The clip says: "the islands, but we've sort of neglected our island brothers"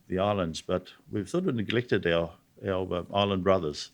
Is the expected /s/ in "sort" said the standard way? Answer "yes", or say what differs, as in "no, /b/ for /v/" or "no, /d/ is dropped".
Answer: no, /θ/ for /s/